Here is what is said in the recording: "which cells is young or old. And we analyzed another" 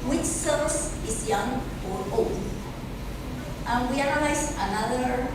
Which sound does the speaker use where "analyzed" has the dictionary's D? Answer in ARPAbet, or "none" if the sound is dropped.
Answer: none